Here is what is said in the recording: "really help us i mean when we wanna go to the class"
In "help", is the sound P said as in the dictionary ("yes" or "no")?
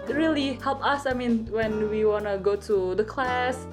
yes